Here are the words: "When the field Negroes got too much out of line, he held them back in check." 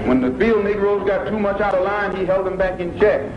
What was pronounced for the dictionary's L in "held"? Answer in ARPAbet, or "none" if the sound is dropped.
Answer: L